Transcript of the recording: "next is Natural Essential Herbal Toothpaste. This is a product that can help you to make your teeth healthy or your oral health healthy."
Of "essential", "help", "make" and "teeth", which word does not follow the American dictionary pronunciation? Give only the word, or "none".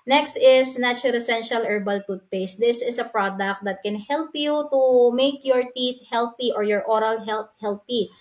teeth